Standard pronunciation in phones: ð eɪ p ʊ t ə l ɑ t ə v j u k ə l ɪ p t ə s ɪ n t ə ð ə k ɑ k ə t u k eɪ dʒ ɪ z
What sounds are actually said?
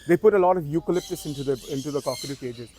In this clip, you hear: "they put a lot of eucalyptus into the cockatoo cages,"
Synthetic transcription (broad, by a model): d eɪ p ʊ t ə l ɑ t ə v j u k ə l ɪ p t ə s ɪ n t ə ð ə k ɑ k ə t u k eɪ dʒ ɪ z